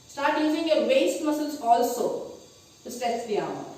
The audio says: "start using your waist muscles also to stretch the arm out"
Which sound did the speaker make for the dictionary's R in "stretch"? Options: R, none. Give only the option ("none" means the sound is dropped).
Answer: none